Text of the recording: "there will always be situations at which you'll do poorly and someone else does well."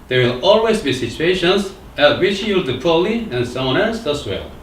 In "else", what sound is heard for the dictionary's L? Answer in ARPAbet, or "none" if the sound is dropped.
none